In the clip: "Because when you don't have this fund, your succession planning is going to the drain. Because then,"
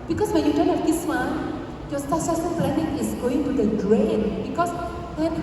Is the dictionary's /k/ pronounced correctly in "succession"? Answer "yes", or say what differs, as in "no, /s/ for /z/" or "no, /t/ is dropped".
no, /k/ is dropped